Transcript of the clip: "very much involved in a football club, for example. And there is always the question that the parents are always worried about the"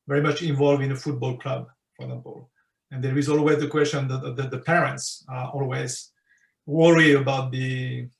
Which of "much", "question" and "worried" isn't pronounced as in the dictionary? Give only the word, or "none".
worried